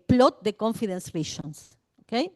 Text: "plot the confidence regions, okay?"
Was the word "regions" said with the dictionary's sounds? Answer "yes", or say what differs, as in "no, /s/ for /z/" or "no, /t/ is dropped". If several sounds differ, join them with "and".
no, /ʃ/ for /dʒ/ and /s/ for /z/